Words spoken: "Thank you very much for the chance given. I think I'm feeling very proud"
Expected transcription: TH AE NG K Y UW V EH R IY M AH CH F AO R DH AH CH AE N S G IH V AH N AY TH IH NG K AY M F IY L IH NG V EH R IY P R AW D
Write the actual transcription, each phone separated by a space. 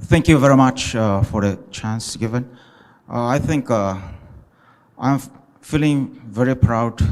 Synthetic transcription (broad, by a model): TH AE NG K Y UW V EH R IY M AH CH F AO R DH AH CH AE N S G IH V AH N AY TH IH NG K AY M F IY L IH NG V EH R IY P R AW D